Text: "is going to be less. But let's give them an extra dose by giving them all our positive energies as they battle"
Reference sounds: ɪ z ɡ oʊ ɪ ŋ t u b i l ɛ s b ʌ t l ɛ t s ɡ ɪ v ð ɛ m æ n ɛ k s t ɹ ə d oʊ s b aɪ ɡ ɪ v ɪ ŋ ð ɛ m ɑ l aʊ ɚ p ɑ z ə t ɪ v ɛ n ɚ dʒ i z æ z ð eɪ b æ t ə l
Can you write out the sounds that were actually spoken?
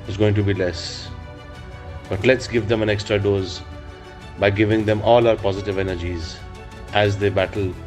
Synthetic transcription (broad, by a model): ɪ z ɡ oʊ ɪ ŋ t u b i l ɛ s b ʌ t l ɛ t s ɡ ɪ v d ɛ m æ n ɛ k s t ɹ ə d oʊ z b aɪ ɡ ɪ v ɪ ŋ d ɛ m ɑ l aʊ ɚ p ɑ z ə t ɪ v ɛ n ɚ dʒ i z æ z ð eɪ b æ t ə l